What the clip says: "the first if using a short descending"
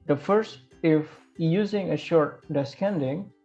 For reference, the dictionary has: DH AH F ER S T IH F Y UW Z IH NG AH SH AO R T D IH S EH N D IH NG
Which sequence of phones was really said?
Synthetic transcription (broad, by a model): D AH F ER S T IH F Y UW Z IH NG AH SH AO R T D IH S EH N D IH NG